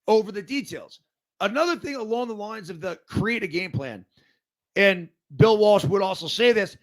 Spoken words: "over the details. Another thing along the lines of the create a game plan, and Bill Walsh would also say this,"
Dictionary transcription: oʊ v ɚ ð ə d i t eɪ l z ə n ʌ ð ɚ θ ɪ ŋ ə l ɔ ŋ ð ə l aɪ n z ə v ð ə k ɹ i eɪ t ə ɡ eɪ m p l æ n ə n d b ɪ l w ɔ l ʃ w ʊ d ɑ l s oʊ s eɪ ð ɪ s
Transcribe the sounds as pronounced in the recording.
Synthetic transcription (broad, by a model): oʊ v ɚ ð ə d i t eɪ l z ə n ʌ ð ɚ θ ɪ ŋ ə l ɔ ŋ ð ə l aɪ n z ə v ð ə k ɹ i eɪ t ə ɡ eɪ m p l æ n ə n b ɪ l w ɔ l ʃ w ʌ d ɑ l s oʊ s eɪ ð ɪ s